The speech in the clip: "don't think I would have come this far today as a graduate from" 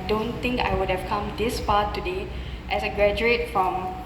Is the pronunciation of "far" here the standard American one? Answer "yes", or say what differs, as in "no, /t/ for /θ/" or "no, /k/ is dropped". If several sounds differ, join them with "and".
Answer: no, /p/ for /f/